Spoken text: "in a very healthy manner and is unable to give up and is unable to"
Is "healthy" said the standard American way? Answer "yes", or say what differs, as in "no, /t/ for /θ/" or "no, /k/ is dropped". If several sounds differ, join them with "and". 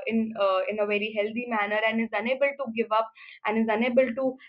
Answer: no, /t/ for /θ/